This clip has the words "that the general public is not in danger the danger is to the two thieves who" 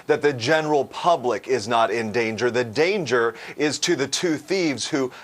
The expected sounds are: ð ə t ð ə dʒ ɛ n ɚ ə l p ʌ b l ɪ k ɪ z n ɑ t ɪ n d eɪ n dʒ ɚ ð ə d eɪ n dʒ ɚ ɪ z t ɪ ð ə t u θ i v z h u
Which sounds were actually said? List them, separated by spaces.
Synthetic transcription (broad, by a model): ð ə t ð ə dʒ ɛ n ɚ l p ʌ b l ɪ k ɪ z n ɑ t ɪ n d eɪ n dʒ ɚ ð ə d eɪ n dʒ ɚ ɪ z t ɪ ð ə t u θ i v z h u